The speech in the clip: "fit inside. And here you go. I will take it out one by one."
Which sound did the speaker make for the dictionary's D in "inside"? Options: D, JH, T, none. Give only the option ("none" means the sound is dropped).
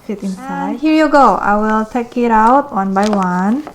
none